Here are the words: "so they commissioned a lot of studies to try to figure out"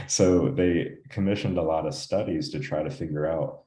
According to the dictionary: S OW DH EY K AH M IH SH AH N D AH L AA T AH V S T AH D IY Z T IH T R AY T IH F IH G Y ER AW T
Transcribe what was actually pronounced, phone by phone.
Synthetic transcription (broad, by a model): S OW DH EY K AH M IH SH AH N D AH L AA T AH V S T AH D IY Z T IH T R AY T IH F IH G Y ER AW T